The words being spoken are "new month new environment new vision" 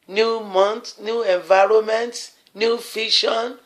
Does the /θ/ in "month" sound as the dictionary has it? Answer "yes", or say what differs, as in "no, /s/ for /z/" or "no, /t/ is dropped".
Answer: no, /t/ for /θ/